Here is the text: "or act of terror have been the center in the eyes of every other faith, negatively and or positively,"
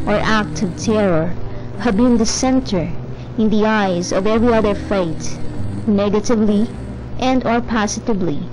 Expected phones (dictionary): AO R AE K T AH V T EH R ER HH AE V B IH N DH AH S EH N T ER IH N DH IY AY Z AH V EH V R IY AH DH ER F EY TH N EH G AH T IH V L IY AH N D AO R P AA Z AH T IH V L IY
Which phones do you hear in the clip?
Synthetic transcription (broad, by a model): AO R AE K T AH V T EH R ER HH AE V B IH N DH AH S EH N T ER IH N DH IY AY Z AH V EH V R IY AH DH ER F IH T N EH G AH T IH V L IY AH N D AO R P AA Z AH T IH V L IY